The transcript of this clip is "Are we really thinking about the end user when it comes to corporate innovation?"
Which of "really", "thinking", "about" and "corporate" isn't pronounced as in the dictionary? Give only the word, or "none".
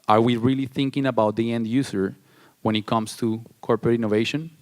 none